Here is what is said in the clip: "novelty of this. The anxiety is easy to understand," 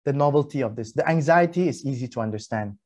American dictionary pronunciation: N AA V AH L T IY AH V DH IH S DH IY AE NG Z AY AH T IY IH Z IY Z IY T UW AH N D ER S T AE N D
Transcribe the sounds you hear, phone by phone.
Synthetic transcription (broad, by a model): N AA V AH L T IY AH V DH IH S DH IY AE NG Z AY AH T IY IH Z IY Z IY T UW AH N D ER S T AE N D